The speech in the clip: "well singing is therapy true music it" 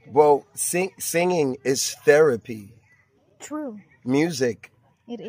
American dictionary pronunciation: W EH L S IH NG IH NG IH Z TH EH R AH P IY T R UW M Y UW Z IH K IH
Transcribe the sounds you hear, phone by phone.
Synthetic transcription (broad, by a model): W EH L S IH NG IH NG IH Z TH EH R AH P IY T R UW M Y UW Z IH K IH